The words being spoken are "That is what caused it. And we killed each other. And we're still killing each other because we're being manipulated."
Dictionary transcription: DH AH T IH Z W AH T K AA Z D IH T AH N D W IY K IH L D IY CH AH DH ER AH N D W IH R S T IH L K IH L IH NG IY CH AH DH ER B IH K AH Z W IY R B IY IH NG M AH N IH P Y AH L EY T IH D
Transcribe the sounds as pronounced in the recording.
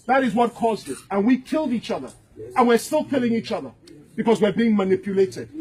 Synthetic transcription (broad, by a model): DH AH T IH Z W AH T K AA Z D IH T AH N W IY K IH L D IY CH AH DH ER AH N W IH R S T IH L K IH L IH NG IY CH AH DH ER B IH K AH Z W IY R B IY IH NG M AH N IH P Y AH L EY T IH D